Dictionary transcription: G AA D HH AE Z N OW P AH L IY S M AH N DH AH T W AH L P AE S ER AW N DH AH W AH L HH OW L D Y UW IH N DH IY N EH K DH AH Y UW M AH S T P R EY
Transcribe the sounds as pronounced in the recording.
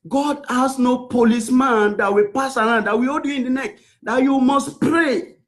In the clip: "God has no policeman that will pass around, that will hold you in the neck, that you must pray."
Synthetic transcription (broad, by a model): G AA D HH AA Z N OW P AH L IY S M AH N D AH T W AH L P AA S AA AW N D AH W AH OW D Y UW IH N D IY N EH K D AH Y UW M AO S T P R EY